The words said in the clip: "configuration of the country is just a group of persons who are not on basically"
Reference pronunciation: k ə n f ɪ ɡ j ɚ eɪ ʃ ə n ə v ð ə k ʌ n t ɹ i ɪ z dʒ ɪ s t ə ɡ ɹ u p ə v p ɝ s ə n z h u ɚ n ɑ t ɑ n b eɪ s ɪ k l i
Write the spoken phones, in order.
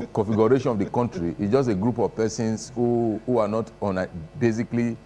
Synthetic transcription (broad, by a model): k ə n f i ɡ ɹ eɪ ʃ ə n ə v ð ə k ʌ n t ɹ i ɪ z dʒ ɪ s t ə ɡ ɹ u p ə v p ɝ s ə n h h u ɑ n ɑ t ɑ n b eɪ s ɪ k l i